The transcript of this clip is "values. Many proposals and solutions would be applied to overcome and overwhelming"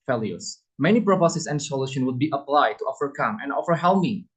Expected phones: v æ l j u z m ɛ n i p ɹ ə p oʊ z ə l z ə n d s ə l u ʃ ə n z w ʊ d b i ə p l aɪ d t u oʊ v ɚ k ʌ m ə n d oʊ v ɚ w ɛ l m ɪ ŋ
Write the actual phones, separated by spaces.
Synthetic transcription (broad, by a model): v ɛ l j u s m ɛ n i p ɹ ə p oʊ s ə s ə n d s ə l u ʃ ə n w ʊ d b i ə p l aɪ d t u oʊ f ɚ k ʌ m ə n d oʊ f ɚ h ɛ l m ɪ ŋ